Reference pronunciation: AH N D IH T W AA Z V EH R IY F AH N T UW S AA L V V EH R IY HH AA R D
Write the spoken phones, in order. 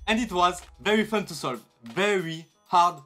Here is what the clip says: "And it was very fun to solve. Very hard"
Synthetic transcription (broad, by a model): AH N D IH T W AA Z V EH R IY F AH N T UW S AA L V V EH R IY HH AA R D